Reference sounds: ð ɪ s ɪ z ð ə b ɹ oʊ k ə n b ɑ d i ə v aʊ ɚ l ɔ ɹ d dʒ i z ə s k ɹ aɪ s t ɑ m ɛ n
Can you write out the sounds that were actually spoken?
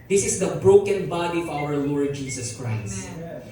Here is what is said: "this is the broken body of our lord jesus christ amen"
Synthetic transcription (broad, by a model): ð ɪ s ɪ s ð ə b ɹ oʊ k ə n b ɑ d i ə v aʊ ɚ l ɔ ɹ d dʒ i s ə s k ɹ aɪ s t